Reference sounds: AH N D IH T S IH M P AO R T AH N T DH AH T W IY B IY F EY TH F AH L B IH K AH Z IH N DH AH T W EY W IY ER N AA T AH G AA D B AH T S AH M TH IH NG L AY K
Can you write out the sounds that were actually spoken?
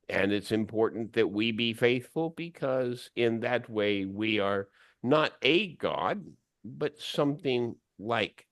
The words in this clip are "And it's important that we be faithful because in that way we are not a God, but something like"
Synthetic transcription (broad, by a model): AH N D IH T S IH M P AO R T N DH AH T W IY B IY F EY TH F AH L B IH K AH Z IH N DH AH T W EY W IY ER N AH T AH G AA D B AH T S AH M TH IH NG L AY K